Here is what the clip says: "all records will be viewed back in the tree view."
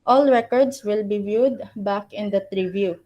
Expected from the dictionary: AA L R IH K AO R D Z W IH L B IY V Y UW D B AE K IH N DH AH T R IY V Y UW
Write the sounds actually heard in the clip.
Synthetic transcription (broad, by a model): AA L R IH K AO R D S W IH L B IY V Y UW D B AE K IH N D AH T R IY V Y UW